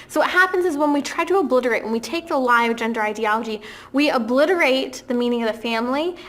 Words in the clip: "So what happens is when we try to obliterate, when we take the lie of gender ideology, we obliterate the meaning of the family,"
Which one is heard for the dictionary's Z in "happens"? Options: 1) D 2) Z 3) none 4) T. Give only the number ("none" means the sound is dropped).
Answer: 2